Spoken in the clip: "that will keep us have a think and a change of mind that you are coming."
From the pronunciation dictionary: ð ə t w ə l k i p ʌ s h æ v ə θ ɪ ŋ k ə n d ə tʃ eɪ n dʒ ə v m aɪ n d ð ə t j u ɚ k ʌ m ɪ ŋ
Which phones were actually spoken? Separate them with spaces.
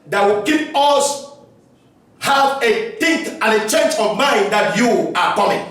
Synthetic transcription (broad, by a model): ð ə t w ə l k i p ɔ s h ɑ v ə t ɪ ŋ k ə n ə tʃ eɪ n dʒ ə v m aɪ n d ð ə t j u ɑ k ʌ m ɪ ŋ